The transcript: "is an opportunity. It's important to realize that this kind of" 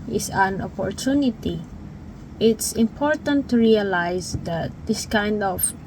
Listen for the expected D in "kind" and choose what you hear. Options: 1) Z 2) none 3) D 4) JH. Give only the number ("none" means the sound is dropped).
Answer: 3